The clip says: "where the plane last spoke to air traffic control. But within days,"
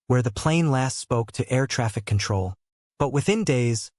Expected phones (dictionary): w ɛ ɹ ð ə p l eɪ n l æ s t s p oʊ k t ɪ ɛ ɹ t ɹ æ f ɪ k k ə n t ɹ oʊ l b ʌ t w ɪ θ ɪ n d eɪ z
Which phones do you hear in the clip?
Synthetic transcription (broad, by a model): w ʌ ɹ ð ə p l eɪ n l æ s t s p oʊ k t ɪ ɛ ɹ t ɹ æ f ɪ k k n t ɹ oʊ l b ʌ t w ɪ θ ɪ n d eɪ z